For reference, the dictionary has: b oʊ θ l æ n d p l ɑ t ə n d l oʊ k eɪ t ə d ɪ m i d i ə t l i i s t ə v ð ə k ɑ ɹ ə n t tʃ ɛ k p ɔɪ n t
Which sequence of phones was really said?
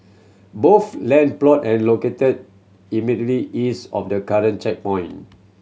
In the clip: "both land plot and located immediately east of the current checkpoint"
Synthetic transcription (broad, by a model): b oʊ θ l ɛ n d p l ɑ t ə n l oʊ k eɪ t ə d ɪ m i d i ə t l i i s ə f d ə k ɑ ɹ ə n tʃ ɛ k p ɔɪ n